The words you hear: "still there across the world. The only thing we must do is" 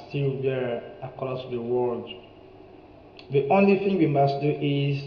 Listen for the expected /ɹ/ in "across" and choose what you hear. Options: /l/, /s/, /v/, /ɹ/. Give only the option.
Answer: /l/